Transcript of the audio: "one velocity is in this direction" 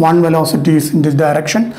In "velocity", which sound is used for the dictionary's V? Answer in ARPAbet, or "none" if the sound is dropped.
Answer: V